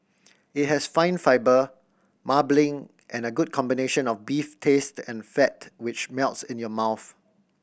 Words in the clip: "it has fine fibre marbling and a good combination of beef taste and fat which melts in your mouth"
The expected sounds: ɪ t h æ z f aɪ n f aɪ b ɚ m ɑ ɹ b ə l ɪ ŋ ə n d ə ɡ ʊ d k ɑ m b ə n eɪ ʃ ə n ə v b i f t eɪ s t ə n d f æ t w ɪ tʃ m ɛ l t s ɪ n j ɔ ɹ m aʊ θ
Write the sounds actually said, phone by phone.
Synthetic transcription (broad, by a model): ɪ t h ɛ s f aɪ n f aɪ b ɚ m ɑ b l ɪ ŋ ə n ə ɡ ʊ d k ɑ m b ə n eɪ ʃ ə n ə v b i f t eɪ s t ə n f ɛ t w ɪ tʃ m ɛ l t s ɪ n j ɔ m aʊ θ